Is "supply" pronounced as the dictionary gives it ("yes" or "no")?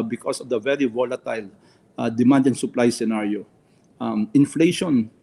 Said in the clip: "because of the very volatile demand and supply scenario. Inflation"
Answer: yes